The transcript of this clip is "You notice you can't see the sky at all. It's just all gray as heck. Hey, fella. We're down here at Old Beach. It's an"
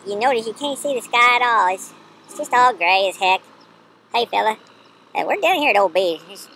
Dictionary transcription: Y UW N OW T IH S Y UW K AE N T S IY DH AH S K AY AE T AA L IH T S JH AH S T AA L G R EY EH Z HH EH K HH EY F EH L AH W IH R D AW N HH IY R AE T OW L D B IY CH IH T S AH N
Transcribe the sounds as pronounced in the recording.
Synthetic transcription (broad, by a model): Y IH N OW T IH S Y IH K AE N T S IY DH AH S K AY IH T AA L IH T S JH AH S T AA L G R EY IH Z HH EH K HH EY F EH L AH W IH R D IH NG HH IY R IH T OW L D B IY IH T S